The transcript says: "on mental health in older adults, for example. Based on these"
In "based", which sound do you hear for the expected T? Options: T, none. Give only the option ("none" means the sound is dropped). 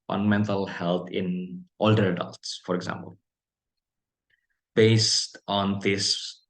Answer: T